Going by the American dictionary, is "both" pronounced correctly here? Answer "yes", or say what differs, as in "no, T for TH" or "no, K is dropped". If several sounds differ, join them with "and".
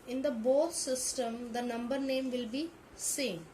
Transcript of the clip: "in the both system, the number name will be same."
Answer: no, T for TH